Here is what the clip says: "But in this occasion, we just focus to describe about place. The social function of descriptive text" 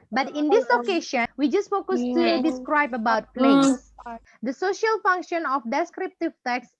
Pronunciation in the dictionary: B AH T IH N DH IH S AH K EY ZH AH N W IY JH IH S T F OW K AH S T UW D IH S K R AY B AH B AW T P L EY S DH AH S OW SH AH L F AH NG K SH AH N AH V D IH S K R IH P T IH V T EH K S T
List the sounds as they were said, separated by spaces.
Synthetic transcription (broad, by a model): B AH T IH N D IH S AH K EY SH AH N W IY JH IH S T F OW K AH S T UW D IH S K R AY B AH B AW T P L EY S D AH S OW SH AH L F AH NG K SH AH N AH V D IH S K R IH P T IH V T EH K S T